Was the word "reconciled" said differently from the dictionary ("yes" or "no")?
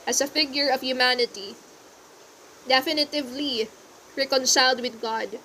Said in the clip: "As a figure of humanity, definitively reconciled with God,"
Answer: no